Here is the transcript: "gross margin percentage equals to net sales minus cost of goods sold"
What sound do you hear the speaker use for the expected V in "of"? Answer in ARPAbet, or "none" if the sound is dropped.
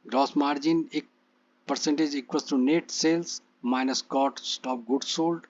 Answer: P